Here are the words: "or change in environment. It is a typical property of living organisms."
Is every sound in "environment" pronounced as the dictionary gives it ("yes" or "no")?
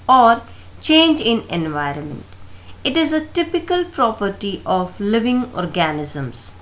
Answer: yes